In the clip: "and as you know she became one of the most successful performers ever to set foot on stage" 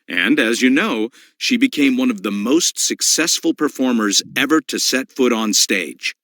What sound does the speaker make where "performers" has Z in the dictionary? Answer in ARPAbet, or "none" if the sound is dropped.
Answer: Z